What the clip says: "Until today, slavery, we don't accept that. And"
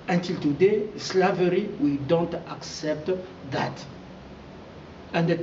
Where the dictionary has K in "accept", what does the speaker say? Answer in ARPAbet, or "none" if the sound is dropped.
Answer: K